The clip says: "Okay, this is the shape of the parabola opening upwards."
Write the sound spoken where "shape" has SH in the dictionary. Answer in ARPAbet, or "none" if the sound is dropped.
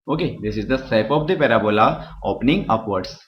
S